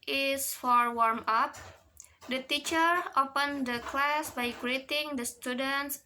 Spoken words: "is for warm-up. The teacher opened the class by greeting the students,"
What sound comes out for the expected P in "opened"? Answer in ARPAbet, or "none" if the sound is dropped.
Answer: P